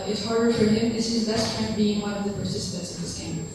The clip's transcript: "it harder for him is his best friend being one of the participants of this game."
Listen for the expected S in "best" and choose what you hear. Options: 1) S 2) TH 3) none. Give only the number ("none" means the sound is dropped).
3